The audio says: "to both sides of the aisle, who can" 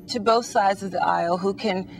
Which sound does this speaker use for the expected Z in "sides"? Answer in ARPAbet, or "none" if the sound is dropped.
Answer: Z